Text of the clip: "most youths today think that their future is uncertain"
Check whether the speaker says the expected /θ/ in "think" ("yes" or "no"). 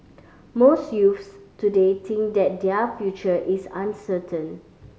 no